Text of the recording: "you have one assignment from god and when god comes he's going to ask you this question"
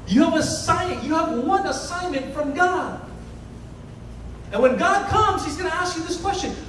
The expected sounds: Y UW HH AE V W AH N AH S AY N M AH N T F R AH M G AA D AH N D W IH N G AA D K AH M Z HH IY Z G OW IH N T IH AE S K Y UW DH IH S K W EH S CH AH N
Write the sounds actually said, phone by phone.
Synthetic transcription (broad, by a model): Y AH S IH V W AH N AH S AY N M AH N T F R AH M G AA D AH N W IH N G AA D K AH M Z HH IY Z G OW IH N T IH AE S K Y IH DH IH S K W EH S CH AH N